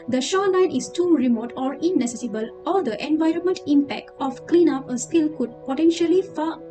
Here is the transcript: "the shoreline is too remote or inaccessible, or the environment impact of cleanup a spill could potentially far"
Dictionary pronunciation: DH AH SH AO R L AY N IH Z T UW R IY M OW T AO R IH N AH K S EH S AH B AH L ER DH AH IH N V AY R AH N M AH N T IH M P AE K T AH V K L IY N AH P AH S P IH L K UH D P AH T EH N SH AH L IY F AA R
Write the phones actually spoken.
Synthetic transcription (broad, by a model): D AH SH AO L AY N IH S T UW R IY M OW T AO R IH N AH S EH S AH B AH L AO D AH IH N V AY R AH N M AH N T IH M P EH K T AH F K L IY N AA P AH S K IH L K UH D P AH T EH N SH AH L IY F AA